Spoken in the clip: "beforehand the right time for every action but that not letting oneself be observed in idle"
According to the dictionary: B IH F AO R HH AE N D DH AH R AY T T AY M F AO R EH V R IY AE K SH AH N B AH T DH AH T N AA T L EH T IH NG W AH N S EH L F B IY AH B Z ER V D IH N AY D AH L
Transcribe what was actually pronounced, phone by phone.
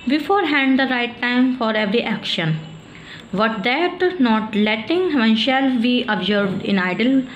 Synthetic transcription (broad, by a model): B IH F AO R HH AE N D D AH R AY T T AY M F AO R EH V R IY AE K SH AH N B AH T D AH T N AA T L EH T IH NG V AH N SH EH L B IY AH B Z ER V D IH N AY D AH L